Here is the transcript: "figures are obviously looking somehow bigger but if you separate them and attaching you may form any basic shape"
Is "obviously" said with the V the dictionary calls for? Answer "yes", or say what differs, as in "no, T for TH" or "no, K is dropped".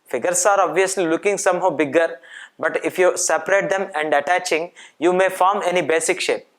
yes